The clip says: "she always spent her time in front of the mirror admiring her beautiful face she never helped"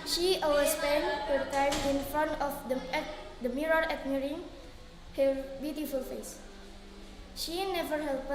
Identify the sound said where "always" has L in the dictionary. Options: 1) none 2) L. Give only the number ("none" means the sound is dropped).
1